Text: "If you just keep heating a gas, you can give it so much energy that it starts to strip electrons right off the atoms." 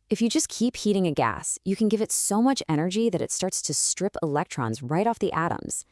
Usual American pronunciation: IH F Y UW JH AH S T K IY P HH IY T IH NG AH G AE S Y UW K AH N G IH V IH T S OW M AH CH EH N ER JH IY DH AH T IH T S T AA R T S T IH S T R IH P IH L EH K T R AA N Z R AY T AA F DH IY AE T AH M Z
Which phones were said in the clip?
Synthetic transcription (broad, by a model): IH F Y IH JH AH S K IY P HH IY T IH NG AH G AE S Y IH K AH N G IH V IH T S OW M AH CH EH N ER JH IY DH AH T IH T S T AA R T S T IH S T R IH P IH L EH K T R AA N Z R AY T AA F DH IY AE T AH M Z